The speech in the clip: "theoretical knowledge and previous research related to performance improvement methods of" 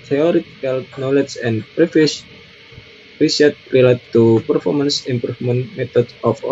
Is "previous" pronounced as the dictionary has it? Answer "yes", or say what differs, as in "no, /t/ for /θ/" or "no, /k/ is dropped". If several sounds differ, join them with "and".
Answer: no, /f/ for /v/